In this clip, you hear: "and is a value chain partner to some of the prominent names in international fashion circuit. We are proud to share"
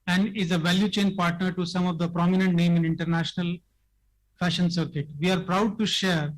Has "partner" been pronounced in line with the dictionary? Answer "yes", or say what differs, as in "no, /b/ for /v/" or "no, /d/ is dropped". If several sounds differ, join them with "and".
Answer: yes